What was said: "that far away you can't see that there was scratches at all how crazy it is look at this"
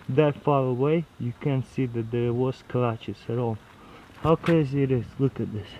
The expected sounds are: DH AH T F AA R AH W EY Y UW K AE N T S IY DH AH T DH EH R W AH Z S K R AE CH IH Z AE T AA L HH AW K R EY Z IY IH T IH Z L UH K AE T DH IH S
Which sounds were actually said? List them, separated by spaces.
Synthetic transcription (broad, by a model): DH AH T F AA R AH W EY Y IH K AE N S IY DH AH T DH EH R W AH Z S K L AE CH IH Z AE T AA L HH AW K EY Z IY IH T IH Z L UH K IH T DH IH S